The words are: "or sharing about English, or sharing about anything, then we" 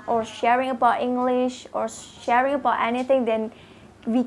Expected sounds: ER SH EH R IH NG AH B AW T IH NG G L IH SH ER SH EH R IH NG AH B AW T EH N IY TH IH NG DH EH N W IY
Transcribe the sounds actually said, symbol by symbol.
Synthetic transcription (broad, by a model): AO SH EH R IH NG AH B AW T IH NG G L IH SH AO SH EH R IH NG AH B AW T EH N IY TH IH NG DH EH N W IY